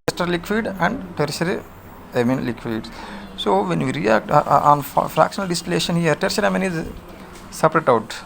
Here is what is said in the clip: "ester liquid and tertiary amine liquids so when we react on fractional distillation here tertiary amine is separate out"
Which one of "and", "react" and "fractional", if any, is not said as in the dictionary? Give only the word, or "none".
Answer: none